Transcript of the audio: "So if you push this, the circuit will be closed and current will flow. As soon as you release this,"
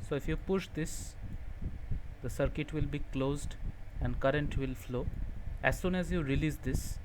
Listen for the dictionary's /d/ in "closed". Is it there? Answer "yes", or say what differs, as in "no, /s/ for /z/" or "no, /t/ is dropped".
yes